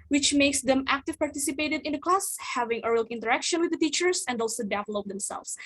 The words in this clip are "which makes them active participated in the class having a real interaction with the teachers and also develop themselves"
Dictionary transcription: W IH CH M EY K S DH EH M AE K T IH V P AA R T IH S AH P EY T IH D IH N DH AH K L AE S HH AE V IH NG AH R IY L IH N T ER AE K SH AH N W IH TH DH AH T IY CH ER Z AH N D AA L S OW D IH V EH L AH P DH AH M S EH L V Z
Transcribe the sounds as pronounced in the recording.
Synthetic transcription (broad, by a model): W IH CH M EY K S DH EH M AE K T IH V P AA R T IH S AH P EY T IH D IH N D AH K L AE S HH AE V IH NG AH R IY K IH N T ER AE K SH AH N W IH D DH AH T IY CH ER S AH N D AA L S OW D IH V EH L AH P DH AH M S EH L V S